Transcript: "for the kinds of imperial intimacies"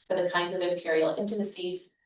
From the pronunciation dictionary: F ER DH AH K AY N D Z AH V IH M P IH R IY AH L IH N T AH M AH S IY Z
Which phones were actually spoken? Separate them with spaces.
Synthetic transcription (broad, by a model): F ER DH AH K AY N D Z AH V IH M P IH R IY L IH N T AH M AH S IY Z